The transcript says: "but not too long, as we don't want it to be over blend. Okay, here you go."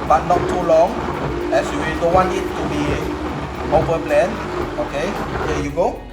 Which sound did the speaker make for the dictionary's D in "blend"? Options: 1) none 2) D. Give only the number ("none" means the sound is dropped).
1